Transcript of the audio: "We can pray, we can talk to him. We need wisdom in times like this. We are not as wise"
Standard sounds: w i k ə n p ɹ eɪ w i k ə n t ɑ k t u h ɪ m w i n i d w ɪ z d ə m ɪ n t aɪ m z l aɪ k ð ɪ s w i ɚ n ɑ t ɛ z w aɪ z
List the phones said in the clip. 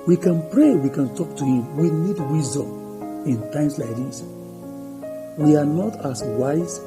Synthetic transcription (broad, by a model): w i k ə n p ɹ eɪ w i k ə n t ɑ k t u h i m w i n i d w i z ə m ɪ n t aɪ m s l aɪ k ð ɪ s w i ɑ n ɑ t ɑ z w aɪ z